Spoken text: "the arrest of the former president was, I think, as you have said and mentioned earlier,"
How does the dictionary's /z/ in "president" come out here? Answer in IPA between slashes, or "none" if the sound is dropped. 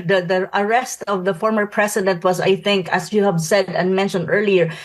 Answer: /s/